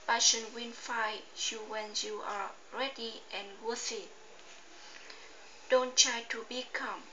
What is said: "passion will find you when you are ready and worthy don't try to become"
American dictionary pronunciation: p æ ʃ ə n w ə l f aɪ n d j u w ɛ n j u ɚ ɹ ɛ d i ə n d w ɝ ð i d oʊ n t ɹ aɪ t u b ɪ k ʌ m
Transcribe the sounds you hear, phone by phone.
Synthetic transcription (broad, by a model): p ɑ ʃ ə n w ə n f aɪ j u w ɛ n j u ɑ ɹ ɛ d i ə n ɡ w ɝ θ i d oʊ n t ɹ aɪ t u b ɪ k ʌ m